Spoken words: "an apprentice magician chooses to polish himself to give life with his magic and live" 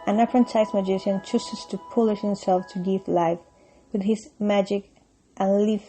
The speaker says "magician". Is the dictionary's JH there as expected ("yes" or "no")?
yes